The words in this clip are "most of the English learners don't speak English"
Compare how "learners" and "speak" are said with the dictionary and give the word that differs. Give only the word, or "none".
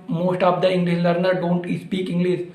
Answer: learners